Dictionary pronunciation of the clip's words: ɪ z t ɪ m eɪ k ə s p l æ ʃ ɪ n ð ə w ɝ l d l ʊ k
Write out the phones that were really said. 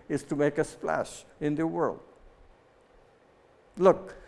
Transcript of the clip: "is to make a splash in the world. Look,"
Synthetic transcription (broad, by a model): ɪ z t ɪ m eɪ k ə s p l æ ʃ ɪ n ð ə w ɝ l d l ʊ k